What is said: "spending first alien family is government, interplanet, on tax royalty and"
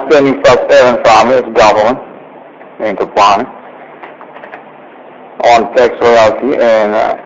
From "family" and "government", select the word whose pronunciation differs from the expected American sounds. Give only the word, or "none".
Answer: family